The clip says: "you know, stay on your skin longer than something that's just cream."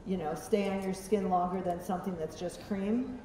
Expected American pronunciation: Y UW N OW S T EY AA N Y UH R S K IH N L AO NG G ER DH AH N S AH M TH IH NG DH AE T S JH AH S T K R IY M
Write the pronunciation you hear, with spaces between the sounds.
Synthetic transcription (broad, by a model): Y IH N OW S T EY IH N Y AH R S K IH N L AO NG G ER DH AH N S AH M TH IH NG DH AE T S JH AH S K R IY M